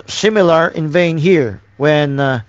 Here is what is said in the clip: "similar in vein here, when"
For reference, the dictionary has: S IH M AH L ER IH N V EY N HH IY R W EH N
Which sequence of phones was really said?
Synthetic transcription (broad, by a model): S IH M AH L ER IH N V EY N HH IY R W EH N